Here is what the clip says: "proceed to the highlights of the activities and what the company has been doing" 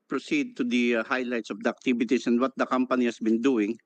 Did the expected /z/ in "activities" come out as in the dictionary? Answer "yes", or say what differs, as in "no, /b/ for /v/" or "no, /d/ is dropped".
no, /s/ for /z/